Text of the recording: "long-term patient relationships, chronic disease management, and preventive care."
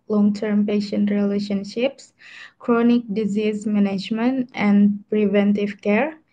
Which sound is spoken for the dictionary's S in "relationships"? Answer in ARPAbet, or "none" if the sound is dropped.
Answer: S